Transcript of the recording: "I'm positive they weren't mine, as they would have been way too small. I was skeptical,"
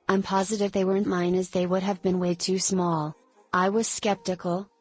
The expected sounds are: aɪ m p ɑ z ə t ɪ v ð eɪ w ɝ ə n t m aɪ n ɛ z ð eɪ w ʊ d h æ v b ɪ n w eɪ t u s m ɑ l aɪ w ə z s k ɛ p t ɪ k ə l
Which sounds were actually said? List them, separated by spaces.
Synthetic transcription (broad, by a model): aɪ m p ɑ z ə t ɪ v ð eɪ w ɝ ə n m aɪ n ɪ z ð eɪ w ʊ d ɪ v b ɪ n w eɪ t u s m ɑ l aɪ w ə z s k ɛ p t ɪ k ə l